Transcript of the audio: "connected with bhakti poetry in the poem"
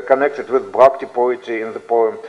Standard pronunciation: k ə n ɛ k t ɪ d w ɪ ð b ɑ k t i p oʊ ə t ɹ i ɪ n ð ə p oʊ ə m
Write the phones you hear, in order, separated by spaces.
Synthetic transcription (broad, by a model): k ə n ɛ k t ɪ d w ɪ ð b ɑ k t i p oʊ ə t i ɪ n ð ə p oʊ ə m